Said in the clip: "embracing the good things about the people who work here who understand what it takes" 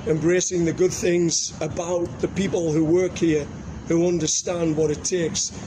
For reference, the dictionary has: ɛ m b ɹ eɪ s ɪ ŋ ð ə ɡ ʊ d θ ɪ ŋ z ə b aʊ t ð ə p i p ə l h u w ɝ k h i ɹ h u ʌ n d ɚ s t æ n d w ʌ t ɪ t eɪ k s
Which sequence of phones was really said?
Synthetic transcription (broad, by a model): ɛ m b ɹ eɪ s ɪ ŋ ð ə ɡ ʊ d θ ɪ ŋ z ə b aʊ t ð ə p i p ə l h u w ɝ k h i ɹ h u ʌ n d ɚ s t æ n d w ʌ t ɪ t eɪ k s